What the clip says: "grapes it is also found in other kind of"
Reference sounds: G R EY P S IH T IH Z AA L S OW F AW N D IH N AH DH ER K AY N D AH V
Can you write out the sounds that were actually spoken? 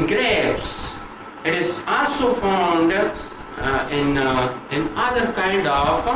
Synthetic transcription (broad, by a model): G R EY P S IH T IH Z AA L S OW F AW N D IH N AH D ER K AY N D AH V